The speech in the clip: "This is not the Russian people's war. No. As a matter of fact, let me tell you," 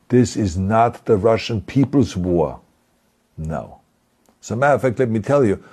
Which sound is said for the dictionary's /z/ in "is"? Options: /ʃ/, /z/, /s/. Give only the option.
/z/